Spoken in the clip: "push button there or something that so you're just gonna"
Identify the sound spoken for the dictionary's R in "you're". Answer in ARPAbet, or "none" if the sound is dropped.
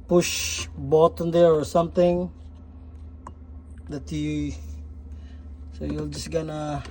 L